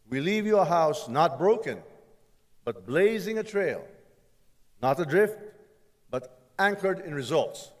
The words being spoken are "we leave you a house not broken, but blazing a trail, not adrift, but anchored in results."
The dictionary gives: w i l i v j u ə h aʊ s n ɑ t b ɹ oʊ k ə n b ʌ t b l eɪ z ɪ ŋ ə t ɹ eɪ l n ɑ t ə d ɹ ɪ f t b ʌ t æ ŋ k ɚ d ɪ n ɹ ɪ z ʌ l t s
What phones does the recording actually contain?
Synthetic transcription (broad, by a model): w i l i v j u ə h aʊ s n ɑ t b ɹ oʊ k ə n b ʌ t b l eɪ z ɪ ŋ ə t ɹ eɪ l n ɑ t ə d ɹ ɪ f t b ʌ t æ ŋ k ɚ d ɪ n ɹ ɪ z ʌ l t s